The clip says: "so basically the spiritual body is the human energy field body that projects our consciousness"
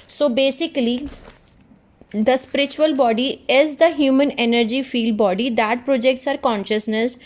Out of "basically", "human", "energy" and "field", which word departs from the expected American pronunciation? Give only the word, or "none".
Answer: none